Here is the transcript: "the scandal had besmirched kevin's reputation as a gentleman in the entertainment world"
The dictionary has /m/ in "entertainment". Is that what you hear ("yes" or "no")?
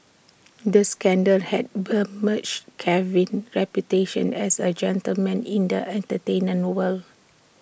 no